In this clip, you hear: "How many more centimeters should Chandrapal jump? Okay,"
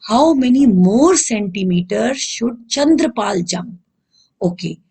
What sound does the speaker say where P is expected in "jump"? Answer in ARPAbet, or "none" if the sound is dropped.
none